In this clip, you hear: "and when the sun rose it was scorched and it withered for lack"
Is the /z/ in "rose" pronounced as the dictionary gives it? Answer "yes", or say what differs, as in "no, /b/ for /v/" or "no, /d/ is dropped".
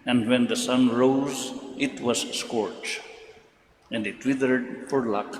yes